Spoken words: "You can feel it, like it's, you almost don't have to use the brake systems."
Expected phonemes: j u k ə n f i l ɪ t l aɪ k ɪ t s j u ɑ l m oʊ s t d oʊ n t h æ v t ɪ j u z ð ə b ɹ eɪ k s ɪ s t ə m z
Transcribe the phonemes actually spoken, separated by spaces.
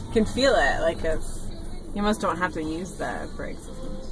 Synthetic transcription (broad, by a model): k ə n f i l ɪ t l aɪ k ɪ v j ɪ m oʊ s d oʊ n t h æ f t ɪ j u z ð ə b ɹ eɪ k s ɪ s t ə